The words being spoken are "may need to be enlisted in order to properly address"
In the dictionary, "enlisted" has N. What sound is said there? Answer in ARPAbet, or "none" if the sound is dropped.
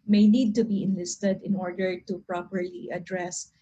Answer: N